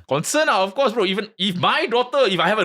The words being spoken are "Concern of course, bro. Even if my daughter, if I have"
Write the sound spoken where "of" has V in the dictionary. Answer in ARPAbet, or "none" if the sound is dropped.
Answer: F